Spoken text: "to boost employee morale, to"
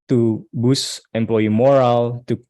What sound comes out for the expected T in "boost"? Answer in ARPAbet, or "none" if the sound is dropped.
none